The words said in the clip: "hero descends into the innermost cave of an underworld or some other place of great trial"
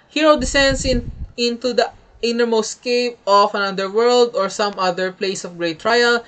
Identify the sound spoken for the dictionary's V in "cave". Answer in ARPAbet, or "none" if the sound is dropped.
P